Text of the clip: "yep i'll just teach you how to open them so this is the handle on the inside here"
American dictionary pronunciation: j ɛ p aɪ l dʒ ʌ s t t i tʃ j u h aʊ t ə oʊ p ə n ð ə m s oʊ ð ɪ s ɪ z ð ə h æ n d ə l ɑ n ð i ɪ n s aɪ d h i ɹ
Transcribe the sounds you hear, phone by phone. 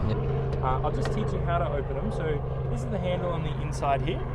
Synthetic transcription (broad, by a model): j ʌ aɪ l dʒ ʌ s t t i tʃ j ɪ h aʊ t ə oʊ p ə n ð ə m s oʊ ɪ ɪ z ð ə h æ n d l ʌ n ð i ɪ n s aɪ d h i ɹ